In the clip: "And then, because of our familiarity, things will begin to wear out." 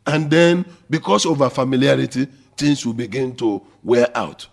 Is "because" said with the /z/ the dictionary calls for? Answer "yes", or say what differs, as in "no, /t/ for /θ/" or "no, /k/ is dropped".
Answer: no, /s/ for /z/